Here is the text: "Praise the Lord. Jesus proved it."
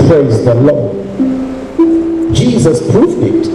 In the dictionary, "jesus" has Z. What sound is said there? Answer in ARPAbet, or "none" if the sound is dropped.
Z